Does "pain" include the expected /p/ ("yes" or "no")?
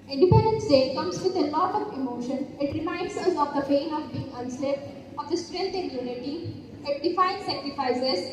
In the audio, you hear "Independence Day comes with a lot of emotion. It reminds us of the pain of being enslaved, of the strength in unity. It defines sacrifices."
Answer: no